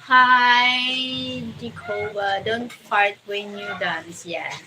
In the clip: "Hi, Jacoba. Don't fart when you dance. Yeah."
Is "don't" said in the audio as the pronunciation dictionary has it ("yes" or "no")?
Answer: yes